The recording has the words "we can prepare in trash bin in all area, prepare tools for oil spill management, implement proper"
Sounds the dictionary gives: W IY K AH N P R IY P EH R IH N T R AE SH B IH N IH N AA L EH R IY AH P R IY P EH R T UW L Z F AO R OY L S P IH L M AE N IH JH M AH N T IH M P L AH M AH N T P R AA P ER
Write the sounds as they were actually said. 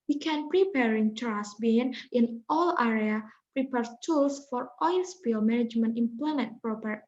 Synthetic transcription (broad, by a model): W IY K AH N P R IY P EH R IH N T R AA S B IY N IH N AA L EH R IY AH P R IY P EH R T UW L S F AO R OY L S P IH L M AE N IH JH M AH N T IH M P L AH M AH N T P R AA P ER